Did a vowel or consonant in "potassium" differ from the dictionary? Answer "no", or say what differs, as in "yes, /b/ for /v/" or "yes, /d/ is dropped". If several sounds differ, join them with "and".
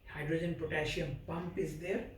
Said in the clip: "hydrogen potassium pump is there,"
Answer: yes, /ʃ/ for /s/